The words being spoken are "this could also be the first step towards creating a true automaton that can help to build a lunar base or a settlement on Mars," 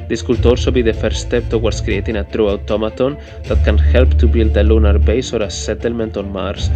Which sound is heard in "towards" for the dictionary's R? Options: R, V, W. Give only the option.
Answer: W